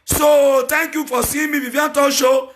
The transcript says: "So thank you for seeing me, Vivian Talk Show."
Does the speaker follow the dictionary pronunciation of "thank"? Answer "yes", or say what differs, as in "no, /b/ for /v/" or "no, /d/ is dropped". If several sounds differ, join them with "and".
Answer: no, /t/ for /θ/